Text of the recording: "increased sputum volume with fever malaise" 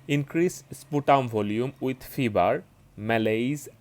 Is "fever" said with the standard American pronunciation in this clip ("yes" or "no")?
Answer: no